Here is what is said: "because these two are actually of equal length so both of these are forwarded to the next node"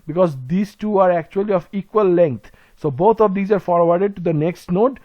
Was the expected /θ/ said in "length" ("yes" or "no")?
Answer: no